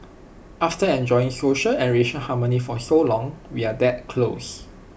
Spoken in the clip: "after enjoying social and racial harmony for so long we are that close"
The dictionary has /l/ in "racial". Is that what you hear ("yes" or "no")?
no